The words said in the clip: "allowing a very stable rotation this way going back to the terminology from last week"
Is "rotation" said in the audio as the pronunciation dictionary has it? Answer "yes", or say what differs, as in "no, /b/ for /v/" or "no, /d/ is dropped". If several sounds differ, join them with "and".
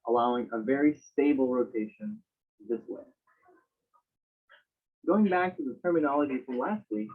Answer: yes